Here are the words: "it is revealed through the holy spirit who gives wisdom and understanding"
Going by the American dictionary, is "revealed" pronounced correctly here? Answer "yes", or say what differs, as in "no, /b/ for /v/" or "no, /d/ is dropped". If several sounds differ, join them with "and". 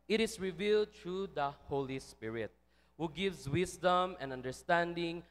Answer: yes